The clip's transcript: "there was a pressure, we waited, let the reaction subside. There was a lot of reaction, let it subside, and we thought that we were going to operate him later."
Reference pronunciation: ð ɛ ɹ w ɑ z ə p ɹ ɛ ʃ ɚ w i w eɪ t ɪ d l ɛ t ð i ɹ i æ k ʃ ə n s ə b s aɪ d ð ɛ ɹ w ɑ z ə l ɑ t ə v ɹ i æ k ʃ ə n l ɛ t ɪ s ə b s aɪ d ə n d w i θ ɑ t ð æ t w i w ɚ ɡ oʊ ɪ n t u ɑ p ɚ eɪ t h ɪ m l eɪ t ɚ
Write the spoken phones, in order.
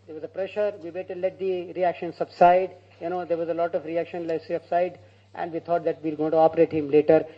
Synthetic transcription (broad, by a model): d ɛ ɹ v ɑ z ə p ɹ ɛ ʃ ɚ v i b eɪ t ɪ l ɛ t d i ɹ i æ k ʃ ə n s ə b s aɪ d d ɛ ɹ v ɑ z ə l ɑ t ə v ɹ i æ k ʃ ə n l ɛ ɪ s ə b s aɪ d ə n d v i t ɑ t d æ t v i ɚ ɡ oʊ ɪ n t u ɑ p ɚ eɪ t h ɪ m l eɪ t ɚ